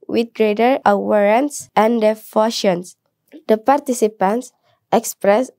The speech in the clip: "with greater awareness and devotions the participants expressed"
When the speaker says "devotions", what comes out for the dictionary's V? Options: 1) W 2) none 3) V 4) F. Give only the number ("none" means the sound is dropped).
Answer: 4